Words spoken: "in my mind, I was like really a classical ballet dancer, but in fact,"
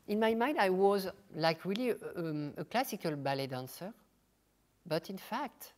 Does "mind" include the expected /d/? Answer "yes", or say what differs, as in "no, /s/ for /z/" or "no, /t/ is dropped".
yes